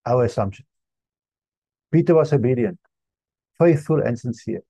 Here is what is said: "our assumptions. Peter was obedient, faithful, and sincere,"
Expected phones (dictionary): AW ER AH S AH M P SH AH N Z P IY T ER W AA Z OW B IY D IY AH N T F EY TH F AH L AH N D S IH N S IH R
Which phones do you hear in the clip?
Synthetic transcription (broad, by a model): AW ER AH S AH M P SH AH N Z P IY T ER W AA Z OW B IY D IY AH N T F EY TH F AH L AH N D S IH N S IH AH